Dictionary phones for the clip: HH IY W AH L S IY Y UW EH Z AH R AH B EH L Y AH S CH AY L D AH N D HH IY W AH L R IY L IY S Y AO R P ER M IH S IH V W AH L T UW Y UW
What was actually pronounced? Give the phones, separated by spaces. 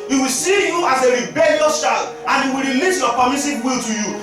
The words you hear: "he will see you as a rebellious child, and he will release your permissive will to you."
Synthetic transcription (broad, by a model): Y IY W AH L S IY Y UW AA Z AH R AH B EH L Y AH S SH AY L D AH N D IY W AH L R IY L IY S Y AO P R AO M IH S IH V W AH L T UW Y UW